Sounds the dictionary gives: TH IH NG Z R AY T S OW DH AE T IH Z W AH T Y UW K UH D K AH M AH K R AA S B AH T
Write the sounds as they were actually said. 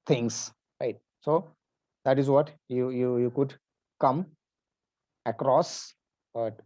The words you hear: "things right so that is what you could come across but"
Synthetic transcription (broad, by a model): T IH NG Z R AY T S OW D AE T IH Z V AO T Y UW K UH D K AH M AH K R AA S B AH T